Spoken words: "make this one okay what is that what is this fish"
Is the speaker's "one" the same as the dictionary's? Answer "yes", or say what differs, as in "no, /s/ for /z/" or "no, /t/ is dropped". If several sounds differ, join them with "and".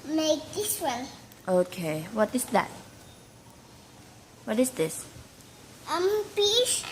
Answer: no, /l/ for /n/